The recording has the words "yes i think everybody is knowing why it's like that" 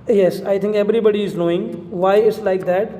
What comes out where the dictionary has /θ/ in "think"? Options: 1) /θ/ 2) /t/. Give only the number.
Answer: 2